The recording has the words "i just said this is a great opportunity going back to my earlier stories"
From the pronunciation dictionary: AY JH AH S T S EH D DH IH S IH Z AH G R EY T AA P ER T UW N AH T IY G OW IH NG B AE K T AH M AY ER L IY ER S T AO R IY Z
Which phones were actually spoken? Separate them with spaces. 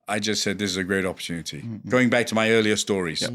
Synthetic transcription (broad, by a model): AY JH AH S T S EH D DH IH S IH Z AH G R EY T AA P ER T UW N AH T IY G OW IH NG B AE K T AH M AY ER L IY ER S T AO R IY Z